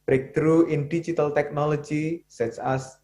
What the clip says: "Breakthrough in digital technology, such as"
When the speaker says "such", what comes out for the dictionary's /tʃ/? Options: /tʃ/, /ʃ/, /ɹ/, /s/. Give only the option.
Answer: /s/